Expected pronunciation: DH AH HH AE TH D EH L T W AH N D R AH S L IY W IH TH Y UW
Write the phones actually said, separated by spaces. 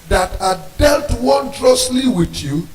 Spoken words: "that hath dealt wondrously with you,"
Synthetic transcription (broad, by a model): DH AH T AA D EH L T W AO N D R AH S L IY W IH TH Y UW